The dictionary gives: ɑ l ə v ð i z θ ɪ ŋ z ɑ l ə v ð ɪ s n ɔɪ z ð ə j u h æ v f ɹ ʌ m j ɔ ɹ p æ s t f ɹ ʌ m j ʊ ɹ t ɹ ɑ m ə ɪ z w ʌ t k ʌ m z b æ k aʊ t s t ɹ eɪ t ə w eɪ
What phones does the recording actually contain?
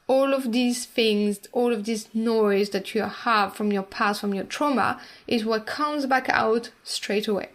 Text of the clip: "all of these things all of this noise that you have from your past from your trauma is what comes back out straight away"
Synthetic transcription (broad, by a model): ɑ l ə v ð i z θ ɪ ŋ z ɑ l ə v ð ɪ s n ɔɪ z ð ə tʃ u h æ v f ɹ ʌ m j ɔ ɹ p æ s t f ɹ ʌ m j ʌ ɹ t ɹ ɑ m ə ɪ z w ʌ t k ʌ m z b æ k aʊ t s t ɹ eɪ t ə w eɪ